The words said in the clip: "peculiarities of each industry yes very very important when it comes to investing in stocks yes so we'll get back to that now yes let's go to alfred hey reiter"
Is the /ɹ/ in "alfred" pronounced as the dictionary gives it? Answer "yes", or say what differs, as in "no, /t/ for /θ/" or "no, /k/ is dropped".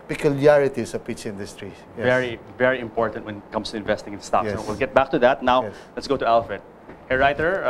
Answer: no, /ɹ/ is dropped